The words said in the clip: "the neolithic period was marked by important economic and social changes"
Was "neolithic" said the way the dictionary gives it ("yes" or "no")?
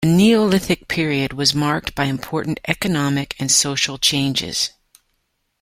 yes